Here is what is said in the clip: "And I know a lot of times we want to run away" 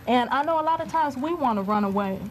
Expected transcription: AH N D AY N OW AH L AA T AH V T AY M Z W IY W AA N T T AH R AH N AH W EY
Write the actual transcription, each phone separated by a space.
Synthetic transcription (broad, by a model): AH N AY N OW AH L AA T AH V T AY M Z W IY W AA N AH R AH N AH W EY